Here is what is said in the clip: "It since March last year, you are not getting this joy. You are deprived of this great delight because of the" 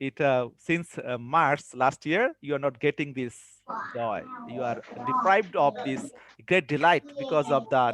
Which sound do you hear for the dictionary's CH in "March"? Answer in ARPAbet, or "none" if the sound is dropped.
S